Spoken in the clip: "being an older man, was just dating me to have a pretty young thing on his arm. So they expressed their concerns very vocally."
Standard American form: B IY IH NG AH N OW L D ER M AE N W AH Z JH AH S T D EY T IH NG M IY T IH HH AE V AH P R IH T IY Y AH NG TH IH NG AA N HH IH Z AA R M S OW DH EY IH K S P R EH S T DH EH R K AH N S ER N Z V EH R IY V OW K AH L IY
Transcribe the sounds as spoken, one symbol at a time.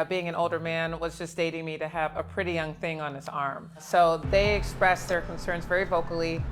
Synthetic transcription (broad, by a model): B IY IH NG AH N OW L D ER M AE N W AH Z JH AH S D EY T IH NG M IY T IH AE V AH P R IH T IY Y AH NG TH IH NG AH N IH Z AA R M S OW DH EY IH K S P R EH S DH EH R K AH N S ER N Z V EH R IY V OW K L IY